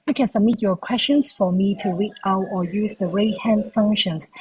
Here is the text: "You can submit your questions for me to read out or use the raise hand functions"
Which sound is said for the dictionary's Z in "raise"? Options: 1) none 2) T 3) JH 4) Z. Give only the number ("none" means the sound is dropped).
1